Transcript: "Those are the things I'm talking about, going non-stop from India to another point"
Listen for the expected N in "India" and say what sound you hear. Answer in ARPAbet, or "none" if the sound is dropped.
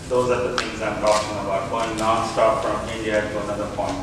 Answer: none